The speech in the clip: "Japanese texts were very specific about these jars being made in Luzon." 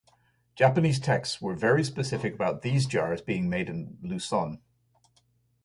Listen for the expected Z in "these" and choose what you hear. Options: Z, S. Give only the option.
Z